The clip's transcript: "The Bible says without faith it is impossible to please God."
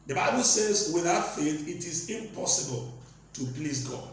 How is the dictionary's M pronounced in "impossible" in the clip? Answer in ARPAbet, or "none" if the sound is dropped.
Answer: M